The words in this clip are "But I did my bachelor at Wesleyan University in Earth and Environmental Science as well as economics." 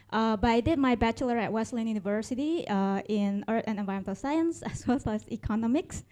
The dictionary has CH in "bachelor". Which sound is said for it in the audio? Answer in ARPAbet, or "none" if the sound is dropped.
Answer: CH